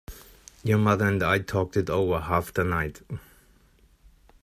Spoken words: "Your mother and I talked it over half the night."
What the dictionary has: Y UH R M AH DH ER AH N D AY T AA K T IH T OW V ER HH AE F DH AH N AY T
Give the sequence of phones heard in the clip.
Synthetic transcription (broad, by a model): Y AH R M AH DH ER AH N D AY T AA K T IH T OW V ER HH AE F DH AH N AY T